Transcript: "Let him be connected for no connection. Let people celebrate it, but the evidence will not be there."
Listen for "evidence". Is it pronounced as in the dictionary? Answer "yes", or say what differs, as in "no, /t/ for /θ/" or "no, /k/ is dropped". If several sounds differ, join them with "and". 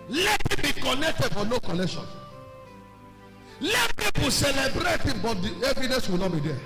no, /n/ is dropped